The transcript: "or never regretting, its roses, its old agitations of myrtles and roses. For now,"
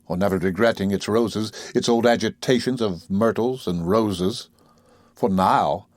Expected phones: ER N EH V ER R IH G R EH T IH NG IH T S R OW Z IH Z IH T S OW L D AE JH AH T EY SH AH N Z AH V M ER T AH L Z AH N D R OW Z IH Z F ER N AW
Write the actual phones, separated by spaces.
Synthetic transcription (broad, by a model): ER N EH V ER R IH G R EH T IH NG IH T S R OW Z IH Z IH T S OW L D AE JH AH T EY SH AH N Z AH V M ER T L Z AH N R OW Z IH Z F ER N AW